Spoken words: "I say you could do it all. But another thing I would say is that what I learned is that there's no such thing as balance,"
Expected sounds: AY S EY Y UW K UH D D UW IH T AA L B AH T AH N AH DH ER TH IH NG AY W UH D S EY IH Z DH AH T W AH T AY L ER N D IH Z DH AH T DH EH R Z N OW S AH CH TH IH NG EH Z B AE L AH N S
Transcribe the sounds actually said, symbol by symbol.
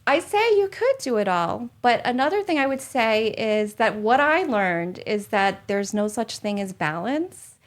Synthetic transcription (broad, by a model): AY S EY Y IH K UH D D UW IH T AA L B AH T AH N AH DH ER TH IH NG AY W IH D S EY IH Z DH AH T W AH T AY L ER N D IH Z DH AH T DH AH R Z N OW S AH CH TH IH NG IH Z B AE L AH N S